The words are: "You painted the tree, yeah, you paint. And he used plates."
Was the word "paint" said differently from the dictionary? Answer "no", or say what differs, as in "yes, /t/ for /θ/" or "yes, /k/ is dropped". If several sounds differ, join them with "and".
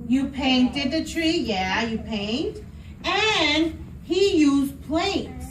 no